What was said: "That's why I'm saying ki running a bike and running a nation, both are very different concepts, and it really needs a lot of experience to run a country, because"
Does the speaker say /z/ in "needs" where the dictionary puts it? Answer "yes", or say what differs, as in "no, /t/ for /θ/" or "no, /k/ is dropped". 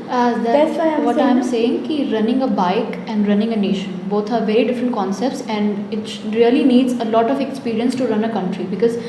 yes